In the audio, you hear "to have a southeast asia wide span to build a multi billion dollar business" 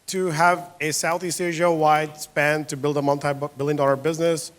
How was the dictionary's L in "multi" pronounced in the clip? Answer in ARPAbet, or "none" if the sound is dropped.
N